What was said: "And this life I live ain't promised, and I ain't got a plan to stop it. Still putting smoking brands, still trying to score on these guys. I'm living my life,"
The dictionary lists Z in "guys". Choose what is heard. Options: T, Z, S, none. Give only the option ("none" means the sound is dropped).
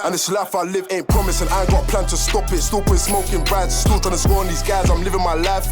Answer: Z